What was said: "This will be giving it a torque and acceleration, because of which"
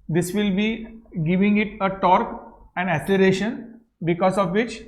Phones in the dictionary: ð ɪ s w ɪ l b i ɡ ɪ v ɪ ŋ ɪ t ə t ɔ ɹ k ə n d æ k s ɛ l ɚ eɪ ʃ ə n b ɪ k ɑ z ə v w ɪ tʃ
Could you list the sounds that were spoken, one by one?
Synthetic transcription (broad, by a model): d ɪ s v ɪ l b i ɡ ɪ v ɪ ŋ ɪ t ə t ɔ ɹ k ə n d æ s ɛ l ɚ eɪ ʃ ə n b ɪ k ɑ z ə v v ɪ tʃ